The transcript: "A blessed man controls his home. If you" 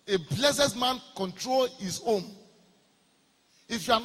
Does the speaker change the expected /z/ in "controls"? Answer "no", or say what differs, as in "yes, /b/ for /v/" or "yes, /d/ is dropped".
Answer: yes, /z/ is dropped